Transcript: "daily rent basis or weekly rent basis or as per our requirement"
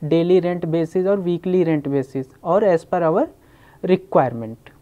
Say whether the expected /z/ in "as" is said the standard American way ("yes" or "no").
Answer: no